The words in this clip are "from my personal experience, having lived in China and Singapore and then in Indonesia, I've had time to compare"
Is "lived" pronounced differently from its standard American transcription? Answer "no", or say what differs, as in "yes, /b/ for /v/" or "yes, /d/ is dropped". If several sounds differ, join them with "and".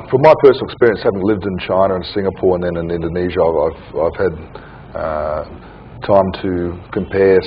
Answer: no